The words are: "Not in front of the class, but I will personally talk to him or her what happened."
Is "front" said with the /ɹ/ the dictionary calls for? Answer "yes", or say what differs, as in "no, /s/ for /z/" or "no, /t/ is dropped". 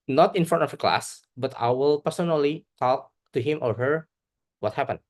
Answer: no, /ɹ/ is dropped